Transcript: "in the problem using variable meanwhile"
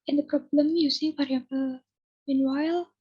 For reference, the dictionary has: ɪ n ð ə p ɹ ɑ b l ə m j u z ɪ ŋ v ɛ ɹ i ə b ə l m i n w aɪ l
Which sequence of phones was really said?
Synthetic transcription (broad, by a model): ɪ n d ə p ɹ ɑ b l ə m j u s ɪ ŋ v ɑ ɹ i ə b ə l m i n w aɪ l